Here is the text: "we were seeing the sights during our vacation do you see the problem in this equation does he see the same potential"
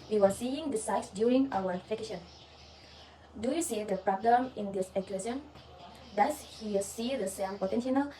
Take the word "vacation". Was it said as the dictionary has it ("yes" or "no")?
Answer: no